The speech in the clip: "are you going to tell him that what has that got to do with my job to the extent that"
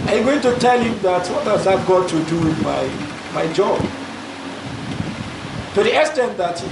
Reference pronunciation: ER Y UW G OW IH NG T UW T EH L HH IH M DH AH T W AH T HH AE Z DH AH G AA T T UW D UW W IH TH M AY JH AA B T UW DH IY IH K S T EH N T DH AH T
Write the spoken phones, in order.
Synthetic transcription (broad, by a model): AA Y G OW IH NG T UW T EH L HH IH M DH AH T W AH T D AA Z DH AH G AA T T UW D UW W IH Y M AY JH AA B T UW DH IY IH S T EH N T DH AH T